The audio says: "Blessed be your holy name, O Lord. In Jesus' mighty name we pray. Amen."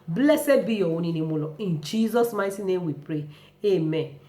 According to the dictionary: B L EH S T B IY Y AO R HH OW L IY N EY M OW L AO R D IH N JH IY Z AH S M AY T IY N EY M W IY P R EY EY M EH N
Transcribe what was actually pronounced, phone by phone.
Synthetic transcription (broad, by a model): B L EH S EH B IY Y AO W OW N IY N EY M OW L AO IH N JH IY Z AH S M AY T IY N EY M W IY P R EY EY M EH N